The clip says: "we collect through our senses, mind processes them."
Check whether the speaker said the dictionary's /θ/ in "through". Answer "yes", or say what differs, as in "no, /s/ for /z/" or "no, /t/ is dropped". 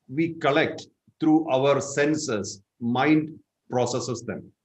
no, /t/ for /θ/